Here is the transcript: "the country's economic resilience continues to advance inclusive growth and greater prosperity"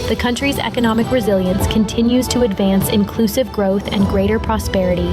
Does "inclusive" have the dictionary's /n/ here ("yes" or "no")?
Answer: yes